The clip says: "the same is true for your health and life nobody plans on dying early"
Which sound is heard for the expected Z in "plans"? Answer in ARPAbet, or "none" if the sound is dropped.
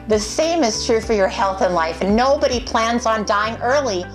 Z